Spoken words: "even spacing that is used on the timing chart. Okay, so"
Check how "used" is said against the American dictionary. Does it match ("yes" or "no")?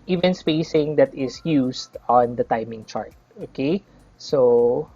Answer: no